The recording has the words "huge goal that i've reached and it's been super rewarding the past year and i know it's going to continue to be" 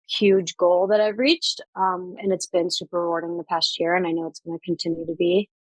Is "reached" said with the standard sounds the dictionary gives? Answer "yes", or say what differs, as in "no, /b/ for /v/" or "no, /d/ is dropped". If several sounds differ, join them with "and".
yes